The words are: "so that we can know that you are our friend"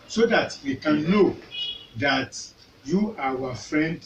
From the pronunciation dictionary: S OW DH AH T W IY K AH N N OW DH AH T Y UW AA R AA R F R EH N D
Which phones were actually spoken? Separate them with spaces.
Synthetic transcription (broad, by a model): S OW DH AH T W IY K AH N N OW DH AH T Y UW AA W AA F R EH N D